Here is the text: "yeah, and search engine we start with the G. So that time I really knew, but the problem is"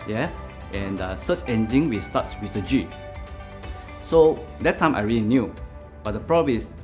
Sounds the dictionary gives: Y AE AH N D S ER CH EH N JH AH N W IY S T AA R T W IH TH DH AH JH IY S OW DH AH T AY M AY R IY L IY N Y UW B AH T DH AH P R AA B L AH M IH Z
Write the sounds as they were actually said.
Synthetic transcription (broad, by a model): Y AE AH N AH S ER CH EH N JH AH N W IY S T AA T W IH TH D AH JH IY S OW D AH T AY M AY R IY L IY N Y UW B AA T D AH P R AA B AH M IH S